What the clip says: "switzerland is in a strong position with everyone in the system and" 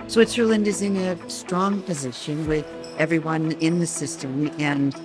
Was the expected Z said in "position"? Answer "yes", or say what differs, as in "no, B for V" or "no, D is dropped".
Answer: yes